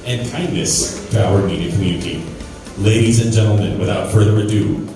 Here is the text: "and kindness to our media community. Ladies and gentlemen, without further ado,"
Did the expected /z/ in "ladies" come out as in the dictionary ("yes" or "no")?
yes